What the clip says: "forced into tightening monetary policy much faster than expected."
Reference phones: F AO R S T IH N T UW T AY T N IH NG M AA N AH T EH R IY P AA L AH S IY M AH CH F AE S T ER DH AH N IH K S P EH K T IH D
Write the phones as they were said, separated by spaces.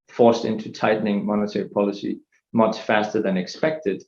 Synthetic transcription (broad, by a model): F AO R S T IH N T UW T AY T N IH NG M AA N AH T EH R IY P AA L AH S IY M AH CH F AE S T ER DH AH N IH K S P EH K T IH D